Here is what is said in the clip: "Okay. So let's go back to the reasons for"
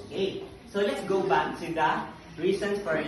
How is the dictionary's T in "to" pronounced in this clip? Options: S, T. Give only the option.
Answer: S